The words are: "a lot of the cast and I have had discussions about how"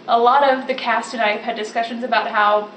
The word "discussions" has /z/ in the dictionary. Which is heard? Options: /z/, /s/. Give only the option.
/z/